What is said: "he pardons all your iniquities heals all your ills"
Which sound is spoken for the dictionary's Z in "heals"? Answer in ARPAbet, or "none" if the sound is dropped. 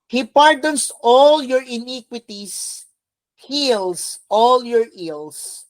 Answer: S